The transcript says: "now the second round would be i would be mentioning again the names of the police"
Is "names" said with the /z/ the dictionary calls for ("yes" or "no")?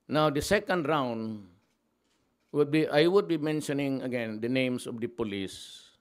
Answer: no